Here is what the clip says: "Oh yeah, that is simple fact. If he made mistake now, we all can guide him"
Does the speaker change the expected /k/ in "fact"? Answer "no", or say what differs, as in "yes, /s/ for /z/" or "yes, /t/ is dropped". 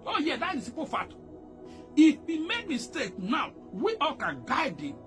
yes, /k/ is dropped